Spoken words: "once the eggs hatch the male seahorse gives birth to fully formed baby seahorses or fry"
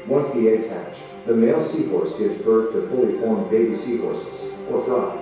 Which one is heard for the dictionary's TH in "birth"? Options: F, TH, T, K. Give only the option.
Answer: TH